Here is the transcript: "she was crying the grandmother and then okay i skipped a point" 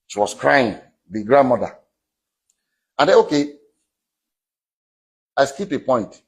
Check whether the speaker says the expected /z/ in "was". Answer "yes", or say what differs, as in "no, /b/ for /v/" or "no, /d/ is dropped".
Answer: no, /s/ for /z/